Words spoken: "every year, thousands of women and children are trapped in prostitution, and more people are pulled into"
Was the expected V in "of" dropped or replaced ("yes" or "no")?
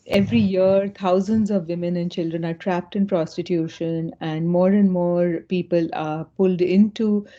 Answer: no